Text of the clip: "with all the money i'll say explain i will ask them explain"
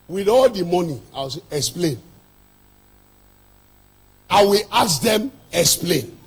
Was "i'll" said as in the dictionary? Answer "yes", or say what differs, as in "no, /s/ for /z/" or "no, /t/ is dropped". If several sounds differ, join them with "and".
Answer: no, /w/ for /l/